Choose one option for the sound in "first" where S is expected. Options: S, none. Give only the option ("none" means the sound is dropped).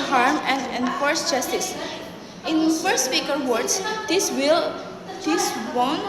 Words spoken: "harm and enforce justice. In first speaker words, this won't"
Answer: none